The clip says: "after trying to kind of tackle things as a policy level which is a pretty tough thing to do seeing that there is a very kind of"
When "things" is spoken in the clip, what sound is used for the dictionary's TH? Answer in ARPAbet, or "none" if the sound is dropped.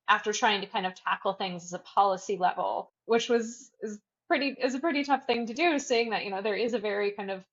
TH